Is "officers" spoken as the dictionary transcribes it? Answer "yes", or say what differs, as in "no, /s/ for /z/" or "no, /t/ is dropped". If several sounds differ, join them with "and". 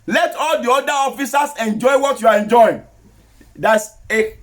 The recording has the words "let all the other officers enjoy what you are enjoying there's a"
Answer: no, /s/ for /z/